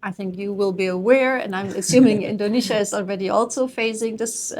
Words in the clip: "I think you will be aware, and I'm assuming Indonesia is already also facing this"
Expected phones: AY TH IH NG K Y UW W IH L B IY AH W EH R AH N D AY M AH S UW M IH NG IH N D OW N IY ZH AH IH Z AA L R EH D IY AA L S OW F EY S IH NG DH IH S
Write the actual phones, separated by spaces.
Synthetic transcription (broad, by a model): AY TH IH NG K Y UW W IH L B IY AH W EH R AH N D AY M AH S UW M IH NG IH N D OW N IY SH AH IH Z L R EH D IY AA L S OW F EY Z IH NG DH IH S